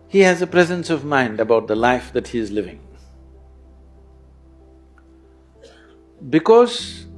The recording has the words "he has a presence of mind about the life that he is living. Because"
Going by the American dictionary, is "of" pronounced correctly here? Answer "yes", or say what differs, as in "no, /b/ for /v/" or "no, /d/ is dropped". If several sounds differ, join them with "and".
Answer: yes